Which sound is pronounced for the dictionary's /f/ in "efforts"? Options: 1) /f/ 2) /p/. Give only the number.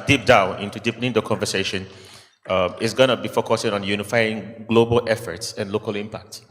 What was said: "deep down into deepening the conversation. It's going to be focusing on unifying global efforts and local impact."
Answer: 1